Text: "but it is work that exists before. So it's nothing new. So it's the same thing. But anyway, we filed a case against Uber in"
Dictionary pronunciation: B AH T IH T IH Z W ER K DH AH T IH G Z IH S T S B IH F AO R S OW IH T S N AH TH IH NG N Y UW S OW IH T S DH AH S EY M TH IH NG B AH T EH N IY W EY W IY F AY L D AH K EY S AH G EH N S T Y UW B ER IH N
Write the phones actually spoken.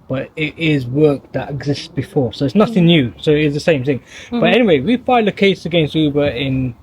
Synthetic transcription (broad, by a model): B AH T IH T IH Z W ER K DH AH T IH G Z IH S T S B IH F AO R S OW IH T S N AH TH IH NG N Y UW S OW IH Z DH AH S EY M TH IH NG B AH T EH N IY W EY W IY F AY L AH K EY S AH G EH N S T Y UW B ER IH N